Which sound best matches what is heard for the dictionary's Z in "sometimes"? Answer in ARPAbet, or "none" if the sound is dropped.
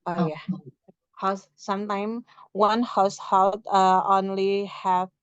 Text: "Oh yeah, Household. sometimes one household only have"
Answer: none